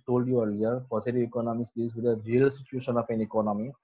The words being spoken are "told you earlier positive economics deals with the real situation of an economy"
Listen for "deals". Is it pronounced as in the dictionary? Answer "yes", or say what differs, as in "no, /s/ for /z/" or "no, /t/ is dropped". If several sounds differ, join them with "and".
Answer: no, /l/ is dropped